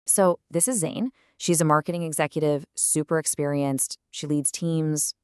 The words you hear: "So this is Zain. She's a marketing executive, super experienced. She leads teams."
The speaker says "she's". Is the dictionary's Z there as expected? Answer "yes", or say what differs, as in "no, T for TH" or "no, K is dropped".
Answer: yes